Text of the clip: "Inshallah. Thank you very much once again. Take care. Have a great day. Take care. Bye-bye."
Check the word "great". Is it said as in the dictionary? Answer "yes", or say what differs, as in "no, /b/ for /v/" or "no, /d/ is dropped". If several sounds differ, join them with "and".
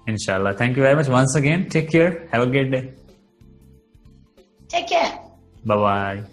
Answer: no, /ɹ/ is dropped